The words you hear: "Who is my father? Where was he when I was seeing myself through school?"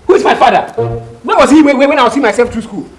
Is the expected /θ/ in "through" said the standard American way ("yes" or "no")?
no